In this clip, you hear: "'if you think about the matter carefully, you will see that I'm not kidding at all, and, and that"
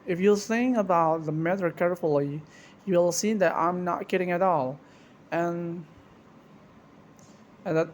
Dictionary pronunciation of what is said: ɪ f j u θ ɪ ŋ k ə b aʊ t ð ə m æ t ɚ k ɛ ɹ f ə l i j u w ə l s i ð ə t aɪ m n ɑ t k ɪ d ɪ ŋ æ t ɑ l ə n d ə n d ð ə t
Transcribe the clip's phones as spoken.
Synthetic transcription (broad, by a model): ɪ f j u s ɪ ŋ ə b aʊ t ð ə m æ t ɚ k ɛ ɹ f ə l i j u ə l s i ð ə t aɪ m n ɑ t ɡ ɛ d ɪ ŋ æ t ɑ l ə n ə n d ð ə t